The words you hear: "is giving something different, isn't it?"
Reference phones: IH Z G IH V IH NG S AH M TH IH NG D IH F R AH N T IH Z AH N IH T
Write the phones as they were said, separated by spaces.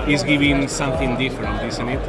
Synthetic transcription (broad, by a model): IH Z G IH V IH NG S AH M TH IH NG D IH F R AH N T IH S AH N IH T